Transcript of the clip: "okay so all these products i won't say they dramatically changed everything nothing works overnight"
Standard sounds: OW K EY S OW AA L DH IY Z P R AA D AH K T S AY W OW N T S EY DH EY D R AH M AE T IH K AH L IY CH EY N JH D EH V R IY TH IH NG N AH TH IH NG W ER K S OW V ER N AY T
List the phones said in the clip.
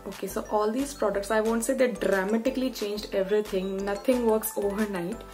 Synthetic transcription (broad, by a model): OW K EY S OW AA L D IY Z P R AA D AH K T S AY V OW N T S EY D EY D R AH M AE T IH K AH L IY CH EY N JH D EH V R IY T IH NG N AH T IH NG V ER K S OW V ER N AY T